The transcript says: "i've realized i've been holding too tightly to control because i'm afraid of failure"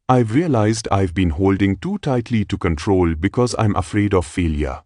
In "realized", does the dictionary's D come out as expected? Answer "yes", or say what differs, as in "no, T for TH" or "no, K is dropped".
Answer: yes